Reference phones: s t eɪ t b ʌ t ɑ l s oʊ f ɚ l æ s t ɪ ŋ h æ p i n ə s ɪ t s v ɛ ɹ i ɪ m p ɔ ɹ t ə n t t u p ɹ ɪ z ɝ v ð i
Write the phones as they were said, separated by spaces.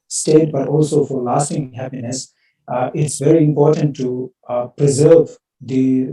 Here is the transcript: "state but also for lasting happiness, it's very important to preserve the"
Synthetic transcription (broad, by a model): s t eɪ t b ʌ t ɑ l s oʊ f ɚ l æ s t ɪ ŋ h æ p i n ə s ɪ t s v ɛ ɹ i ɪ m p ɔ ɹ t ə n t t u p ɹ ɪ z ɝ v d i